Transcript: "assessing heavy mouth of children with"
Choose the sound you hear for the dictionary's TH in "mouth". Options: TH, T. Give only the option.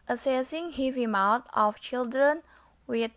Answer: T